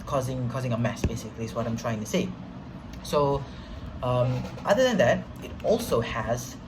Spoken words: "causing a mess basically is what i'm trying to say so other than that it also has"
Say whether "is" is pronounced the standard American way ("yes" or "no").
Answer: no